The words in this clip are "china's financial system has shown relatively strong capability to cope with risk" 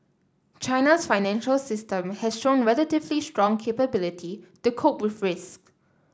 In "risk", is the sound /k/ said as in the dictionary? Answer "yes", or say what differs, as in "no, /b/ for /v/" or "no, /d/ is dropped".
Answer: yes